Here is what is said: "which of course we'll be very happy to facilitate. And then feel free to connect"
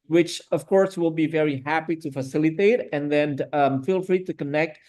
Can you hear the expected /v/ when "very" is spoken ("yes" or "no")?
yes